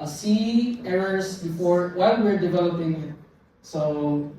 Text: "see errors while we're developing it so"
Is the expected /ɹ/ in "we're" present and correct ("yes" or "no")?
yes